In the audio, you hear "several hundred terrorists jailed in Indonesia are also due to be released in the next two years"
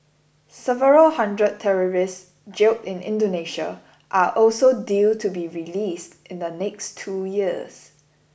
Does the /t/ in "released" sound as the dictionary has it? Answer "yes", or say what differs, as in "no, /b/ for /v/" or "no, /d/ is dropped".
yes